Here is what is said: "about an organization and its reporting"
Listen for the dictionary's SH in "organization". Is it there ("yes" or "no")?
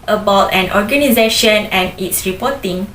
yes